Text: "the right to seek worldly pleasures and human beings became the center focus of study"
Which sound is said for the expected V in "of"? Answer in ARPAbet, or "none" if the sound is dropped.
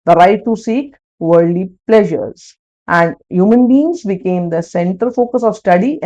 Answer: V